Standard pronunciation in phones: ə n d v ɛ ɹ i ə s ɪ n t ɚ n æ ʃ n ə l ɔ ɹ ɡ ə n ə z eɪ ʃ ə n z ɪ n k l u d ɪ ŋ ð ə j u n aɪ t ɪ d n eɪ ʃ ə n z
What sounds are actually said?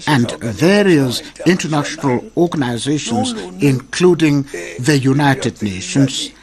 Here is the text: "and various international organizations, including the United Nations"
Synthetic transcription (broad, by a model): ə n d v ɛ ɹ i ə s ɪ n t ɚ n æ ʃ n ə l ɔ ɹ ɡ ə n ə z eɪ ʃ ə n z ɪ n k l u d ɪ ŋ ð ə j u n aɪ t ɪ d n eɪ ʃ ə n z